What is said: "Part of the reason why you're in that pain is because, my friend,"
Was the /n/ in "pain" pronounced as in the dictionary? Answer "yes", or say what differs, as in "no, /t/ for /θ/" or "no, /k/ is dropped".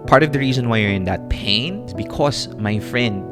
yes